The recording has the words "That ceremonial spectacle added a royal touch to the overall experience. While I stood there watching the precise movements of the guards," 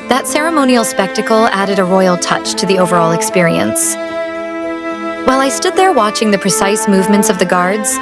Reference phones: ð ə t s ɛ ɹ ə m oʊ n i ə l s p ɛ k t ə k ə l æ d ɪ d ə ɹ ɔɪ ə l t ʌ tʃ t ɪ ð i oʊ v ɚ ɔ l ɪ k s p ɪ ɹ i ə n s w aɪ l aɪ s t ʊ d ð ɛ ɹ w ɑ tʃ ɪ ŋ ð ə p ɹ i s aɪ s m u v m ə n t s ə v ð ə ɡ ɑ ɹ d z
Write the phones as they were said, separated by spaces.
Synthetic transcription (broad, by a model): ð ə t s ɛ ɹ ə m oʊ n i l s p ɛ k t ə k l æ d ɪ d ə ɹ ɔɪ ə l t ʌ tʃ t ɪ ð i oʊ v ɚ ɔ l ɪ k s p ɪ ɹ i ə n s w aɪ l aɪ s t ʊ d ð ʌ ɹ w ɑ tʃ ɪ ŋ ð ə p ɹ i s aɪ s m u v m ə n t s ə v ð ə ɡ ɑ ɹ d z